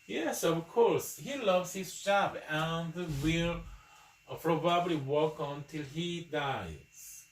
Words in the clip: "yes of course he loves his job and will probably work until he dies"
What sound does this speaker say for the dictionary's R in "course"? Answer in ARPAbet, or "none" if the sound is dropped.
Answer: R